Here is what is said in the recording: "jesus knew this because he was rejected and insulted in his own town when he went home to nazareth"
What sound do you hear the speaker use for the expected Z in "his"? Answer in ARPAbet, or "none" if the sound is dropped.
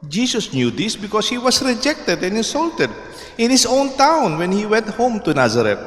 S